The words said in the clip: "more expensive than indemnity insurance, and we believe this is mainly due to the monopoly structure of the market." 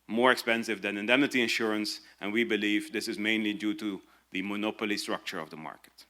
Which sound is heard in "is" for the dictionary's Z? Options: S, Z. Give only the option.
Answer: Z